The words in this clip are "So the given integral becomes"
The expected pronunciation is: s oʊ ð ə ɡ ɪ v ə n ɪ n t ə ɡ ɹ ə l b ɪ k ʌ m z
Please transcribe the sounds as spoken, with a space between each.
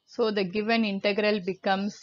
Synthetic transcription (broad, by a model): s oʊ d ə ɡ ɪ v ə n ɪ n t ə ɡ ɹ ə l b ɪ k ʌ m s